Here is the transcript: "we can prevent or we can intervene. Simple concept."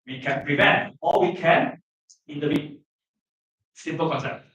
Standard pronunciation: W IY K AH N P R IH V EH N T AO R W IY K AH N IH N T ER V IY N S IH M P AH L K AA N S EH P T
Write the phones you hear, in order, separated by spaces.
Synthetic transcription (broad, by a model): W IY K AH N P R IH V EH N T AO L W IY K AH N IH N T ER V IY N S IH M P AH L K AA N S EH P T